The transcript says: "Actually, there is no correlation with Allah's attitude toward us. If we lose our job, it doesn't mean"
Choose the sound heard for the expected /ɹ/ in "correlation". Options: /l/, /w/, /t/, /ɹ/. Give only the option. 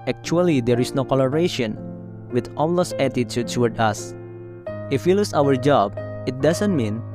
/l/